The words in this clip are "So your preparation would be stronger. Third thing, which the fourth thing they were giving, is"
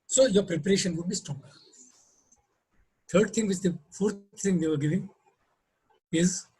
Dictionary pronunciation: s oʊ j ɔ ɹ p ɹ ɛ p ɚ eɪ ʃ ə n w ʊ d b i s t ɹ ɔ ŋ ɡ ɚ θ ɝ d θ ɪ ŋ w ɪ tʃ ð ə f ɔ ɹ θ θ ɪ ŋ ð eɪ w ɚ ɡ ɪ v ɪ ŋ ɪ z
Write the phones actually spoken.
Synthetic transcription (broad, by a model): s oʊ j ɔ ɹ p ɹ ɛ p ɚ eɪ ʃ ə n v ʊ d b i s t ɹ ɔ ŋ ɡ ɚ t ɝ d t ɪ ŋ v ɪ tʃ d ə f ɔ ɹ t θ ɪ ŋ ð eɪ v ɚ ɡ ɪ v ɪ ŋ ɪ z